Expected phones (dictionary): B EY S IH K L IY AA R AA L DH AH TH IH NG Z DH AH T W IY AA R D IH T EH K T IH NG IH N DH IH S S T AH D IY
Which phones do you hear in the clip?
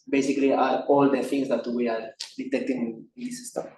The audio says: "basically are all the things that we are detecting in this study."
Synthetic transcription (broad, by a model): B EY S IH K L IY AA R AA L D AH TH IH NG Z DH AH T W IY AA R D IH T EH K T IH NG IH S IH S S T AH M